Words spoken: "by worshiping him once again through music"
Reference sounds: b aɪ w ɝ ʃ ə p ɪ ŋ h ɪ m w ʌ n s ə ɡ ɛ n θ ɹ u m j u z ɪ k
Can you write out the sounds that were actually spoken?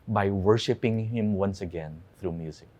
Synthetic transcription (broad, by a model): b aɪ w ɝ ʃ ə p ɪ ŋ h ɪ m w ʌ n s ə ɡ ɛ n θ ɹ u m j u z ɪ k